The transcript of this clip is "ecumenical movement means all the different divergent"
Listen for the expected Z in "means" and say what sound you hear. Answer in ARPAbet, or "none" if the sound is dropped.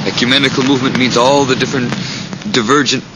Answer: Z